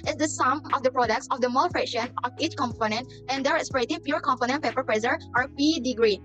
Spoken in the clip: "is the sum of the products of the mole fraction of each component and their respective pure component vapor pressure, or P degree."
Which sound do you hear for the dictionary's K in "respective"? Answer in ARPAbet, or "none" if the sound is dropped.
none